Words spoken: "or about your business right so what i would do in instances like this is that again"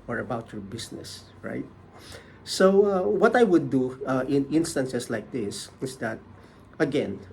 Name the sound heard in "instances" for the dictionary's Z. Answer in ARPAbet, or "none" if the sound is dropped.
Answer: S